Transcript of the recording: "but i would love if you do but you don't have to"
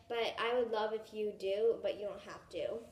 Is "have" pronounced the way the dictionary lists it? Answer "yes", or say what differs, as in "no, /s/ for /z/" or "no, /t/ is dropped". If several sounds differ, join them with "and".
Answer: no, /f/ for /v/